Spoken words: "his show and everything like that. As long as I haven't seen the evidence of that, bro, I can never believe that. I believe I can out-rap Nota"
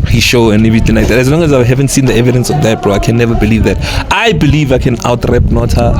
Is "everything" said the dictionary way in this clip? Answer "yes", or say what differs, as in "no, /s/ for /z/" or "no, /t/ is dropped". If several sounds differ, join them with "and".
no, /ɹ/ is dropped